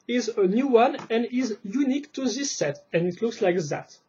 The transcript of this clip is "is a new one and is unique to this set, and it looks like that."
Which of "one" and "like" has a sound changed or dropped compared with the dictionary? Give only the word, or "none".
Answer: none